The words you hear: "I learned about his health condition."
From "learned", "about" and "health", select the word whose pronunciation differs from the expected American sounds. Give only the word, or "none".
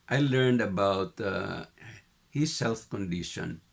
health